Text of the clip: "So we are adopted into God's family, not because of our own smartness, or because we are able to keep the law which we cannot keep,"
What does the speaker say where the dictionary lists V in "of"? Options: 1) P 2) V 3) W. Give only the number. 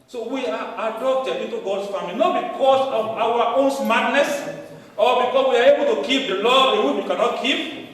3